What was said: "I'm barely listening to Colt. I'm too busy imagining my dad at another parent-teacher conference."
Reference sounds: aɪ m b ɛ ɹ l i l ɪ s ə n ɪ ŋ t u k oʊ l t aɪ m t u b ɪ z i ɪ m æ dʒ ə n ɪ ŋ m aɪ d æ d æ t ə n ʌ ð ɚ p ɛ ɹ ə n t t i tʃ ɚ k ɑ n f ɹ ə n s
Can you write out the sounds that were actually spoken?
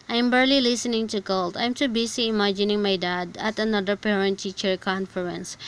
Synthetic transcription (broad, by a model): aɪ m b ɛ ɹ l i l ɪ s ə n ɪ ŋ t u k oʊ l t aɪ m t u b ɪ s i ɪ m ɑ dʒ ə n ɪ ŋ m aɪ d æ d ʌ t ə n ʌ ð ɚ p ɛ ɹ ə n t t i tʃ ɚ k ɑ n f ɹ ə n s